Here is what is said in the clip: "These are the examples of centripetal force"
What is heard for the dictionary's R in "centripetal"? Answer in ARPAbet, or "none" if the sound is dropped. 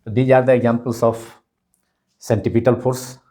none